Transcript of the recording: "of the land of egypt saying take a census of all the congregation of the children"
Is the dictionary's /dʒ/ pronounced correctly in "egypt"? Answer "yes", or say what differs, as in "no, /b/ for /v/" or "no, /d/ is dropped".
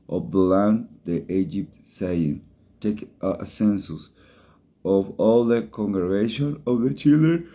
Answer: yes